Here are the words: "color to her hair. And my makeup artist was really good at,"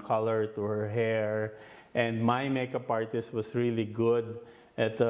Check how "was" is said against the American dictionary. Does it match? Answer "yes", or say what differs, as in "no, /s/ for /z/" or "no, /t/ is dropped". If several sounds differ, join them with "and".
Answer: no, /s/ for /z/